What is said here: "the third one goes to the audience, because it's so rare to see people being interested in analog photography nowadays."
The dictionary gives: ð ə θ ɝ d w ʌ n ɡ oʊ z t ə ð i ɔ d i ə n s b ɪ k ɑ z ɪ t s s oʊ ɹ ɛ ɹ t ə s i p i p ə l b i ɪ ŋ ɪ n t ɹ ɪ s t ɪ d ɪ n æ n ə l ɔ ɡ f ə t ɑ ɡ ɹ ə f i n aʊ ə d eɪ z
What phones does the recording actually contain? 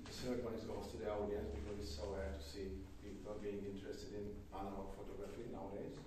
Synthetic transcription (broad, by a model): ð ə s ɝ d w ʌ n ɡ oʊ s t ə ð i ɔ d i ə n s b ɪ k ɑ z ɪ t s s oʊ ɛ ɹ t ə s i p i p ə b i ɪ ŋ ɪ n t ɹ ɪ s t ɪ d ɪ n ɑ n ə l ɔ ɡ f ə t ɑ ɡ ɹ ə f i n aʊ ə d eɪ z